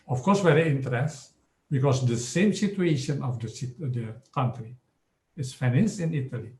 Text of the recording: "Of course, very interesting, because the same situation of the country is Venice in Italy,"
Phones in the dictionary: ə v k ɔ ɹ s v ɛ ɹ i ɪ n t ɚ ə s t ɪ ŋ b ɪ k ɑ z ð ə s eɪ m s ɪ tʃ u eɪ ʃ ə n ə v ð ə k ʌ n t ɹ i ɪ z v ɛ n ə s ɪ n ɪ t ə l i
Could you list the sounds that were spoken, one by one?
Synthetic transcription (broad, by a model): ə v k ɔ ɹ s w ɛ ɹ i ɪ n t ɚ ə t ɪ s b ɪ k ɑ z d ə s eɪ m s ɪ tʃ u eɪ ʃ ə n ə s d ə k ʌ n t ɹ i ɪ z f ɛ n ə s ɪ n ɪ t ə l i